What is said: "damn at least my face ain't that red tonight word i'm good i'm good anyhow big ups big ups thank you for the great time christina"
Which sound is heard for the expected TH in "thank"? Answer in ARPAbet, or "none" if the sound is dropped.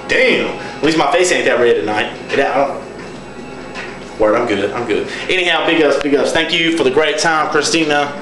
TH